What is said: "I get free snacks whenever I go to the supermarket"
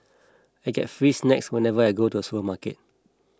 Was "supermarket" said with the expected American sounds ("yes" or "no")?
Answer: no